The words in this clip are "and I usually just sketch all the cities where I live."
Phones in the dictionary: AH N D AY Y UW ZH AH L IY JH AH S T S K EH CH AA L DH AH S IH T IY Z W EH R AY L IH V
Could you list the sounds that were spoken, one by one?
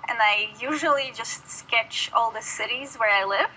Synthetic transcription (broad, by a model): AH N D AY Y UW ZH AH L IY JH AH S T S K EH CH AA L DH AH S IH T IY Z W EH R AY L IH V